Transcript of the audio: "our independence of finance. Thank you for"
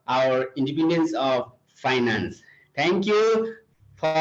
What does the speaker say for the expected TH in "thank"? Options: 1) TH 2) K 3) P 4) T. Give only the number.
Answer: 4